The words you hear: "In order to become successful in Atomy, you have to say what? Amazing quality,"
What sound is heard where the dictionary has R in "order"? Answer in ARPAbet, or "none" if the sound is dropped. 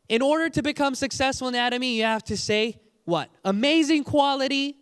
R